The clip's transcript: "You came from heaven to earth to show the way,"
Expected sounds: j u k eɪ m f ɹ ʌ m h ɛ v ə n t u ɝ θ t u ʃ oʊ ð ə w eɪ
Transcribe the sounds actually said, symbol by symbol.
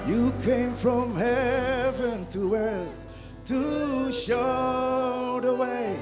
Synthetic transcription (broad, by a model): j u k eɪ m f ɹ ʌ m h ɛ v ə n t u ɝ θ t u ʃ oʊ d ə w eɪ